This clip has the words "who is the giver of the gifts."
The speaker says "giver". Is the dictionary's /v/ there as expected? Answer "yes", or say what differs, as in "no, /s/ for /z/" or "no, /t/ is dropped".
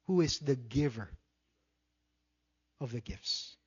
yes